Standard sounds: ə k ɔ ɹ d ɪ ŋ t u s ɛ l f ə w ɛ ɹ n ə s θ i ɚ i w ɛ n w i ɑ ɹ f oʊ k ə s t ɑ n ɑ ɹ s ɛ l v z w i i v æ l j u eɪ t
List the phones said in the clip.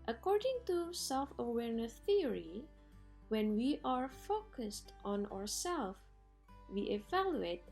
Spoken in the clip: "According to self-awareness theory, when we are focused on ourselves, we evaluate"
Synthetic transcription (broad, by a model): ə k ɔ ɹ d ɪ ŋ t u s ɛ l f ə w ɛ ɹ n ə s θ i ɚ i w ɛ n w i ɑ ɹ f oʊ k ə s t ɑ n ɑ ɹ s ɛ l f w i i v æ l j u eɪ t